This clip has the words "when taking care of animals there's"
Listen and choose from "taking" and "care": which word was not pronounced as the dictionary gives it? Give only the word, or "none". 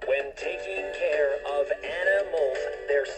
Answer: none